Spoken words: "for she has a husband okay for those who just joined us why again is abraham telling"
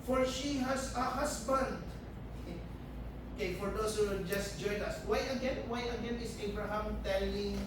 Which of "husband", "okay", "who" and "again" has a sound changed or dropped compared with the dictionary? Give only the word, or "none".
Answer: husband